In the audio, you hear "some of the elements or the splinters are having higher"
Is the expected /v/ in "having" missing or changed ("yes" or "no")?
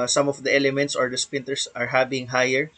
yes